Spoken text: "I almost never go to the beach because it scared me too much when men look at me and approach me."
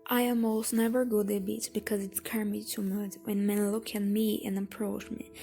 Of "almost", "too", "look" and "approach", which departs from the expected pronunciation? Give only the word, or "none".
almost